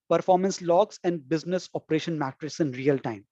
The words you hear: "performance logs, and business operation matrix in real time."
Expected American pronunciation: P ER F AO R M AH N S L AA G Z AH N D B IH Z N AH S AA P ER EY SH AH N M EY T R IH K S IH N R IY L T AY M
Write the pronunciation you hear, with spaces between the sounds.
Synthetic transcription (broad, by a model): P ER F AO R M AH N S L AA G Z AH N D B IH Z N AH S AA P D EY SH AH N M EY T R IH S IH N R IY L T AY M